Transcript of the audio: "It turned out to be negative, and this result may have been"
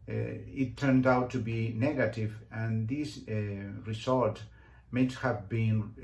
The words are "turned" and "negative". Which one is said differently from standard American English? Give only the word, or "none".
none